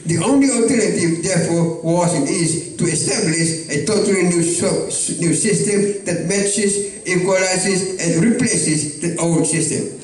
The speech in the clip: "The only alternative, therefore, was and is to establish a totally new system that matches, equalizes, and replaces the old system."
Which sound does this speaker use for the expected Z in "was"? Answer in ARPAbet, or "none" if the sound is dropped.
S